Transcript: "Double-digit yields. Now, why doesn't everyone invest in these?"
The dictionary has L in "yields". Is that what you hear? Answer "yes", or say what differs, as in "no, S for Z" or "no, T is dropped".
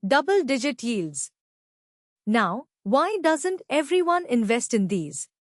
yes